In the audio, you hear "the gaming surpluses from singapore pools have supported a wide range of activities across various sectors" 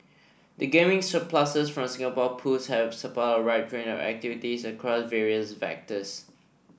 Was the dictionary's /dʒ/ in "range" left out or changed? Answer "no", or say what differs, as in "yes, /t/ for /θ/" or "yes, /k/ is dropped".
yes, /dʒ/ is dropped